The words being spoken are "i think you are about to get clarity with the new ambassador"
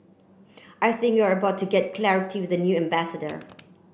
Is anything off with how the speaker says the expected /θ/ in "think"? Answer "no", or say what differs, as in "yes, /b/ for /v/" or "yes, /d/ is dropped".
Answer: no